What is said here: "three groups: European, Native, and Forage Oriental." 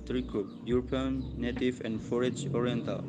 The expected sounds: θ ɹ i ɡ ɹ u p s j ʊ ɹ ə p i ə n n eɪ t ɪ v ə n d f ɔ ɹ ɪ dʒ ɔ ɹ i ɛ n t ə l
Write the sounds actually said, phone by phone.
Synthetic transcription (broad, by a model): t ɹ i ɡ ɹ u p j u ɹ p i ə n n eɪ t ɪ v ə n d f ɔ ɹ ɪ dʒ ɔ ɹ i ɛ n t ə l